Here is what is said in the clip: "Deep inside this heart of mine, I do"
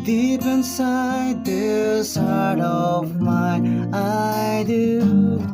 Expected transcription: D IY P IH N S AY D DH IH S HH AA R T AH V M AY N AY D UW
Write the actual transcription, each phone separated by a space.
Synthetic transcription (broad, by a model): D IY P IH N S AY D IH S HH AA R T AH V M AY AY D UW